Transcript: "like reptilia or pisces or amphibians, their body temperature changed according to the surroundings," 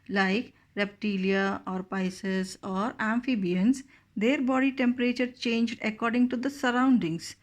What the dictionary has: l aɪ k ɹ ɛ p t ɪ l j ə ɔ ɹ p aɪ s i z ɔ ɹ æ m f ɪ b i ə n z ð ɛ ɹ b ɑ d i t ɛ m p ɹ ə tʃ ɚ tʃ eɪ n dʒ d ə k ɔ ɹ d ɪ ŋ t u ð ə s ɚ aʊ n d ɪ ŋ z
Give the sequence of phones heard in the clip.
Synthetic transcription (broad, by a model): l aɪ k ɹ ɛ p t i l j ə ɔ ɹ p aɪ s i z ɔ ɹ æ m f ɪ b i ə n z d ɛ ɹ b ɑ d i t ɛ m p ɹ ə tʃ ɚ tʃ eɪ n dʒ d ə k ɔ ɹ d ɪ ŋ t u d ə s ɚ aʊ n d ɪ ŋ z